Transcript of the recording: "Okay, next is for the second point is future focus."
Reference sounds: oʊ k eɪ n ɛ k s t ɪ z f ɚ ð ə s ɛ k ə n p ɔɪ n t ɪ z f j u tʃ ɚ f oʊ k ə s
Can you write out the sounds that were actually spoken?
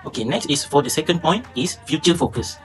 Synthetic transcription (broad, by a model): oʊ k eɪ n ɛ k s t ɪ s f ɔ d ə s ɛ k ə n p ɔɪ n t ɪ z f j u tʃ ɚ f oʊ k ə s